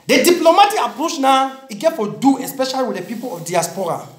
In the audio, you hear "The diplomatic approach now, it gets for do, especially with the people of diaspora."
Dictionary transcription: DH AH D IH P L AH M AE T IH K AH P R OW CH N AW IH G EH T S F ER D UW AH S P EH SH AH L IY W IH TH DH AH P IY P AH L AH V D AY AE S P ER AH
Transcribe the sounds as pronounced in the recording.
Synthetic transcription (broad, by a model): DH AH D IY P L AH M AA T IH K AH P R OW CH N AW IH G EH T F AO D UW AH S P EH SH AH L IY W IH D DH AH P IY P AH L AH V D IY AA S P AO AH